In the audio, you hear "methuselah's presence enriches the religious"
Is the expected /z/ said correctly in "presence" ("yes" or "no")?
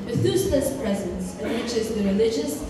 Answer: yes